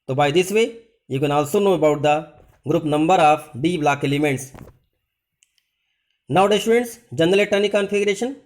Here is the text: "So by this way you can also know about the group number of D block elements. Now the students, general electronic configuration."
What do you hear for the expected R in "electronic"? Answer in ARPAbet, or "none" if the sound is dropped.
none